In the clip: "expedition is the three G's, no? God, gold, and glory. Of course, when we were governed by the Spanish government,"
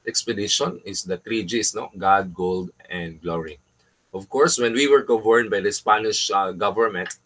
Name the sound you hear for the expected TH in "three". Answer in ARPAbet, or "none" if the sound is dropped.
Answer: T